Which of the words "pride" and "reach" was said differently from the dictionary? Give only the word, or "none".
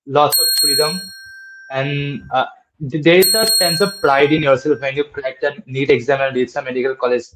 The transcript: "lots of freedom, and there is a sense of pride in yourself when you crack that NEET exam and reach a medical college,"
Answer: reach